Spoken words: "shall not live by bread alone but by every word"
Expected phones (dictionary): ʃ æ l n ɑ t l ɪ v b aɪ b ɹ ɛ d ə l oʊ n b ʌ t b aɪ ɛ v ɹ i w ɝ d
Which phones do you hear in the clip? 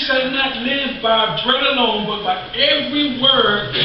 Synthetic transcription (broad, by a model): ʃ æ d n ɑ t l ɪ v b aɪ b ɹ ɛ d ə l oʊ n b ʌ t b aɪ ɛ v ɹ i w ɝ